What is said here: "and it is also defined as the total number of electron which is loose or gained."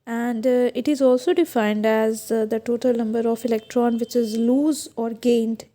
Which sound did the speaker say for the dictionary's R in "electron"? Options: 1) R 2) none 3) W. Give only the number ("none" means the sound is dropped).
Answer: 1